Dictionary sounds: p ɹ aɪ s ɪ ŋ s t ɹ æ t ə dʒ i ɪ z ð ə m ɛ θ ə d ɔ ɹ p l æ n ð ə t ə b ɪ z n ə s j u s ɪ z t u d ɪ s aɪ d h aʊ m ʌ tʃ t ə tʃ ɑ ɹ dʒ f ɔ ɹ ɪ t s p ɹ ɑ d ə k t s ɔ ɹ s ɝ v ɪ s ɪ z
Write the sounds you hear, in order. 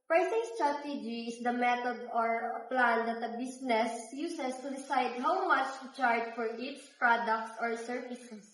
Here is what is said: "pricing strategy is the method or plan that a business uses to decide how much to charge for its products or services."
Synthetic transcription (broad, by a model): p ɹ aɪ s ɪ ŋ s t ɹ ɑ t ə dʒ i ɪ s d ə m ɛ t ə d ɔ ɹ p l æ n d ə t ə b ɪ s n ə s j u s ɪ s t u d ɪ s aɪ d h aʊ m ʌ tʃ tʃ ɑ ɹ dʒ f ɔ ɹ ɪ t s p ɹ ɑ d ə k t s ɔ ɹ s ɝ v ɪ s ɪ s